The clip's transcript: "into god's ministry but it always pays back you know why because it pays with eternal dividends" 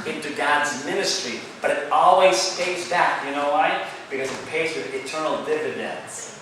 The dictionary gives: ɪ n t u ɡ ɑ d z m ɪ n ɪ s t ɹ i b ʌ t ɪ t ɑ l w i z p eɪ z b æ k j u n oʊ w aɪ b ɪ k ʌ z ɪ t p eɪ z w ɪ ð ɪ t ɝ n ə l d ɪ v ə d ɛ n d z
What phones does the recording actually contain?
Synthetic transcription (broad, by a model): ɪ n t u ɡ ɑ d z m ɪ n ɪ s t ɹ i b ʌ t ɪ t ɑ l w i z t eɪ s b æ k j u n oʊ w aɪ b ɪ k ʌ z ɪ t p eɪ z w ɪ ð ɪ t ɝ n l d ɪ v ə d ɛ n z